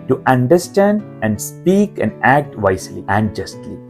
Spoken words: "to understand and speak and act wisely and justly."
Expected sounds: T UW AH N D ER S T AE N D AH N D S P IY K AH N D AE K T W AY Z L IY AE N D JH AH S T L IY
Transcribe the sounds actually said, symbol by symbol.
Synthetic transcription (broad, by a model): T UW AH N D ER S T AE N D AH N D S P IY K AH N D AE K T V AY S L IY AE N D JH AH S T L IY